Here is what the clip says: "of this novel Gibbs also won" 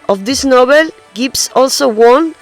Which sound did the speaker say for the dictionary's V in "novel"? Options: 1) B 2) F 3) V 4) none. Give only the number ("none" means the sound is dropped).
1